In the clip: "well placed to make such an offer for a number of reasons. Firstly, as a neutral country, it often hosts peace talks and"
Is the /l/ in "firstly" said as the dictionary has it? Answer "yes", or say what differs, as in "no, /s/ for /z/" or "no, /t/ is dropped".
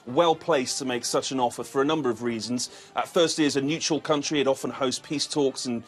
no, /l/ is dropped